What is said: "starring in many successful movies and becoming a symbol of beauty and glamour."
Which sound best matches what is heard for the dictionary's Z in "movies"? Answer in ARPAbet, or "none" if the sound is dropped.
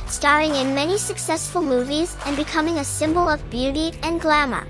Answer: Z